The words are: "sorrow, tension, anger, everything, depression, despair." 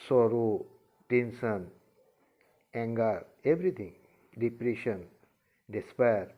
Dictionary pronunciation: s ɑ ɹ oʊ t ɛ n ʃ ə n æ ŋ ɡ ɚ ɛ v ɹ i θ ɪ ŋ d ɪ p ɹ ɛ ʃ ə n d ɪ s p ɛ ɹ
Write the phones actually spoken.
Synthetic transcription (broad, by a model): s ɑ ɹ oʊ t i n s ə n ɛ ŋ ɡ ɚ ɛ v ɹ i t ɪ ŋ d ɪ p ɹ ɛ ʃ ə n d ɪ s p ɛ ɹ